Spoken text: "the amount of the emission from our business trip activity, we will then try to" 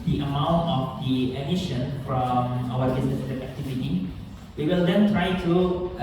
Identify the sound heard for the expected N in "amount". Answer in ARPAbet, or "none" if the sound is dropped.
N